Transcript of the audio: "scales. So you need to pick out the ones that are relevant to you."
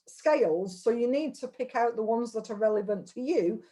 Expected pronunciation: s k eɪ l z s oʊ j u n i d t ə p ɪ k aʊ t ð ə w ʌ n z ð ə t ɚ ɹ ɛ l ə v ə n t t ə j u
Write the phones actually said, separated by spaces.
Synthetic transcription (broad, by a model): s k eɪ l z s oʊ j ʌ n i d t ə p ɪ k aʊ t ð ə w ʌ n z ð ə t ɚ ɹ ɛ l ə v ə n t t ə j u